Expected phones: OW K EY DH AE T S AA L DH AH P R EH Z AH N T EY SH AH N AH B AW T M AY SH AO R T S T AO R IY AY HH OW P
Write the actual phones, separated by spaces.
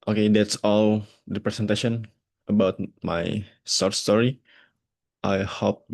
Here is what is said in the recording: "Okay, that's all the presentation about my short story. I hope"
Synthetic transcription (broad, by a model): OW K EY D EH T S AA L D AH P R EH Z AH N T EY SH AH N AH B AW T M AY S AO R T S T AO R IY AY HH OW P